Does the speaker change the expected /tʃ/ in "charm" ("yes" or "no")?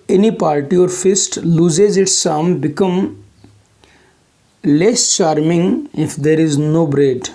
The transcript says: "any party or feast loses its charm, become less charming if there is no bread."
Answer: yes